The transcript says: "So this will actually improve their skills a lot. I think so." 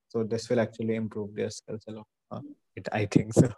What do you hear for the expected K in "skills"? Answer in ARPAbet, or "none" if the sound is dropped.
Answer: none